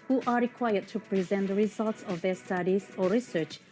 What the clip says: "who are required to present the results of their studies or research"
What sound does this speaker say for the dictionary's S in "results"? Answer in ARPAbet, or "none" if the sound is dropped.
S